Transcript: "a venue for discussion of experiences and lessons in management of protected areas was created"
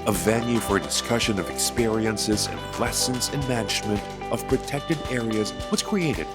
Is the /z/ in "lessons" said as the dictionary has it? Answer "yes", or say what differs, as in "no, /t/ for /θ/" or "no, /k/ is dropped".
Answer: yes